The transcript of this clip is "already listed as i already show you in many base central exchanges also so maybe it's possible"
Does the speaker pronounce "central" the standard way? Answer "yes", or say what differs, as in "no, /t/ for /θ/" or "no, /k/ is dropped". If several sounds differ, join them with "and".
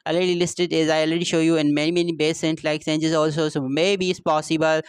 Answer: no, /l/ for /ɹ/